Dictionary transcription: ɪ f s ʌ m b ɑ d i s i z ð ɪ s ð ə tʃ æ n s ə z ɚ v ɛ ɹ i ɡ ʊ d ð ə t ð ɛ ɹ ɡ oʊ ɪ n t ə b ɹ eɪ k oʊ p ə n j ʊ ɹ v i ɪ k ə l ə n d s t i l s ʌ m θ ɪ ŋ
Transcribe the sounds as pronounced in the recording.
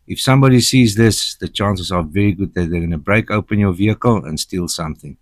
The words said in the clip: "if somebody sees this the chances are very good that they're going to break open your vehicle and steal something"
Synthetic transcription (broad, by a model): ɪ f s ʌ m b ɑ d i s i z ð ɪ s ð ə tʃ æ n s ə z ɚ v ɛ ɹ i ɡ ʊ d ð ə t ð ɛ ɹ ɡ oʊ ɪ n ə b ɹ eɪ k oʊ p ə n j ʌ ɹ v i ɪ k ə l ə n s t i l s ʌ m θ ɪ ŋ